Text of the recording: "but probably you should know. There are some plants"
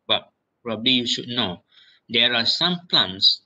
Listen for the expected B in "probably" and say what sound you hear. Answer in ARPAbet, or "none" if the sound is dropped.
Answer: B